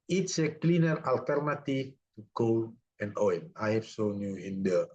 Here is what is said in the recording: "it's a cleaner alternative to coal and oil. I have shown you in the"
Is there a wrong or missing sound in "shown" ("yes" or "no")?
yes